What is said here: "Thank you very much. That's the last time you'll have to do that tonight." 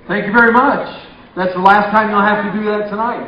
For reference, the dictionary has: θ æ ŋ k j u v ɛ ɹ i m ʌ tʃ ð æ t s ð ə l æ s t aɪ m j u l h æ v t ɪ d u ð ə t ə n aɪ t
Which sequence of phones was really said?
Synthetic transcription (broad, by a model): θ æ ŋ k j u v ɛ ɹ i m ʌ tʃ ð æ t s ð ə l æ s t aɪ m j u l h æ f t ɪ d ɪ ð ə t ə n aɪ t